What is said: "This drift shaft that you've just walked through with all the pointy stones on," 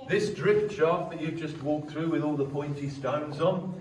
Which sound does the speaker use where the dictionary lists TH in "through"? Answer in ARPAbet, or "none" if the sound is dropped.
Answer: TH